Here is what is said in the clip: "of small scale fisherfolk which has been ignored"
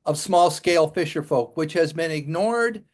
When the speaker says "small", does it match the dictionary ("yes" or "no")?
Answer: yes